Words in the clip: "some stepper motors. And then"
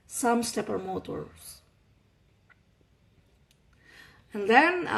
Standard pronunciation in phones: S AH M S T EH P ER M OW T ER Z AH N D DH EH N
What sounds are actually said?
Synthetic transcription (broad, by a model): S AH M S T EH P ER M OW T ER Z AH N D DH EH N